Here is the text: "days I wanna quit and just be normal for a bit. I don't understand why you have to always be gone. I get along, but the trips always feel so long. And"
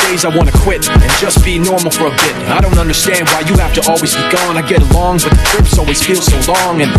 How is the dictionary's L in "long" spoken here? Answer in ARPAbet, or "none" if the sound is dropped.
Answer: L